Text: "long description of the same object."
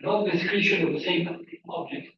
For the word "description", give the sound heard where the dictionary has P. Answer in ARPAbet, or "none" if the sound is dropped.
none